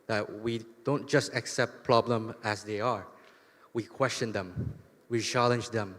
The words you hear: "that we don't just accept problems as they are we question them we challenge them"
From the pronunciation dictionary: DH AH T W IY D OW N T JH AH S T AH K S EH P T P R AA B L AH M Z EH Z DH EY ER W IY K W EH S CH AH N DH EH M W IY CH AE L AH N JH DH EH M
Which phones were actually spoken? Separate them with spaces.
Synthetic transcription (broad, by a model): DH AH T W IY D OW N T JH AH S T AH K S EH P T P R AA B L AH M EH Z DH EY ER W IY K W EH S CH AH N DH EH M W IY CH AE L AH N JH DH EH M